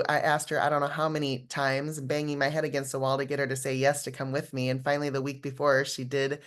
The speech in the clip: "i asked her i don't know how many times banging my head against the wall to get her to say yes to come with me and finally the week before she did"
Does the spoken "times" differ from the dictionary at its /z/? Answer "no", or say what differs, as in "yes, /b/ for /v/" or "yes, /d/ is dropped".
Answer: no